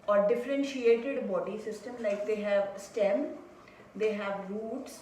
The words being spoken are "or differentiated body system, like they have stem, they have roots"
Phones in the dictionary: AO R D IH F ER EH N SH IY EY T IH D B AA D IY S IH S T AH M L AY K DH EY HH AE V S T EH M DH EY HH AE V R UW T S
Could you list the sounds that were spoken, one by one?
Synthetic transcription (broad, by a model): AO R D IH F ER EH N SH IY EY T IH D B AA D IY S IH S T AH M L AY K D EY HH AE V S T EH M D EY HH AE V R UW T S